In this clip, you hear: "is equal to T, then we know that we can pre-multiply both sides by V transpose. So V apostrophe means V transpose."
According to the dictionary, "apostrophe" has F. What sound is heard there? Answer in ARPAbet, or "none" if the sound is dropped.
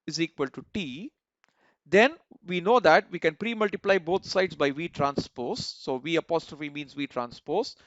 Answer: F